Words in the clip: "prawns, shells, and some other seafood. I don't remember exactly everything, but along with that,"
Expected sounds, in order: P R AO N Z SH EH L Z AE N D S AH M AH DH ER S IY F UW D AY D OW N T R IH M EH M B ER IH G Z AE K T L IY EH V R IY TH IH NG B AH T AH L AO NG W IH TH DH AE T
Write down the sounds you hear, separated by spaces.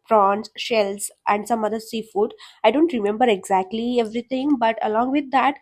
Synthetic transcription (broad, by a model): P R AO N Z SH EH L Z AE N D S AH M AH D ER S IY F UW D AY D OW N T R IH M EH M B ER IH G Z AE K T L IY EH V R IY T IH NG B AH T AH L AO NG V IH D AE T